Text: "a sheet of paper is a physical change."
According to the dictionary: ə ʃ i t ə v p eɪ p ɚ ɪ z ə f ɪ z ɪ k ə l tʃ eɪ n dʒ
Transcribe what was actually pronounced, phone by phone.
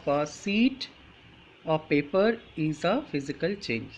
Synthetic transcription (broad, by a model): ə s i t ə p eɪ p ɚ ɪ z ə f ɪ z ɪ k ə l tʃ eɪ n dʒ